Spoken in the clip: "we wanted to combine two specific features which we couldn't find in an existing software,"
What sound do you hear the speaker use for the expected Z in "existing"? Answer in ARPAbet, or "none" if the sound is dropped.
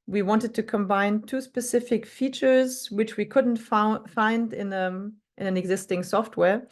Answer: Z